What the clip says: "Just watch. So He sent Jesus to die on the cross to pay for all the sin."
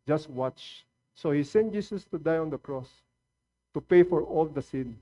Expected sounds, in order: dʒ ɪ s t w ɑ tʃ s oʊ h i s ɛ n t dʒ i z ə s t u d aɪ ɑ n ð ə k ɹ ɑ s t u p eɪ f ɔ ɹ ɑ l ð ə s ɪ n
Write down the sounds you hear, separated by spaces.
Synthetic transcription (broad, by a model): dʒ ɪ s t w ɑ tʃ s oʊ h i s ɛ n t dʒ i s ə s t u d aɪ ɑ n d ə k ɹ ɑ s t u p eɪ f ɔ ɹ ɑ l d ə s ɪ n